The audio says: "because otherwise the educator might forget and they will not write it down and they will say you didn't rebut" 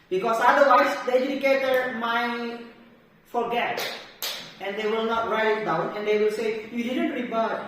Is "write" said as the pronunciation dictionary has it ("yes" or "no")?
no